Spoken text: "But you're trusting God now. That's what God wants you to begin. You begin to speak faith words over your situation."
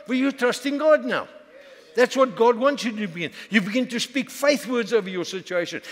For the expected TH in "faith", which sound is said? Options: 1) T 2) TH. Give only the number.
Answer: 2